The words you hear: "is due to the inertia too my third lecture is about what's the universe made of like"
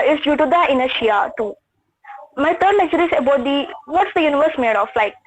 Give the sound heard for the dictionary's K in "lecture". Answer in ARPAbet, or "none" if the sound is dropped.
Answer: none